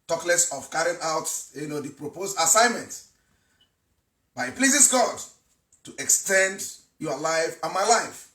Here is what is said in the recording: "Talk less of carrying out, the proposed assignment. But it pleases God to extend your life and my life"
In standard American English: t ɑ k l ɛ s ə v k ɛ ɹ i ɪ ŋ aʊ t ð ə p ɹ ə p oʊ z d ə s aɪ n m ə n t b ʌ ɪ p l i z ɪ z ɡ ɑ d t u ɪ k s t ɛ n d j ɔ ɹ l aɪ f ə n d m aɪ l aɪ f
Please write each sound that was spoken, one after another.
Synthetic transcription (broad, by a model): t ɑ k l ɛ s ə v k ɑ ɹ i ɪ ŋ aʊ t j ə p ɹ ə p oʊ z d ə s aɪ n m ə n t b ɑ ɪ p l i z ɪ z ɡ ɑ d t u ɪ k s t ɛ n d j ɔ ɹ l aɪ f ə n m aɪ l aɪ f